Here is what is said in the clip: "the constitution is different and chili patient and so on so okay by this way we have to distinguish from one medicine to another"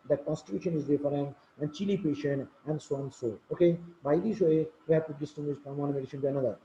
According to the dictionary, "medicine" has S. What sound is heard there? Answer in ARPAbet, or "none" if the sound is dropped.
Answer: SH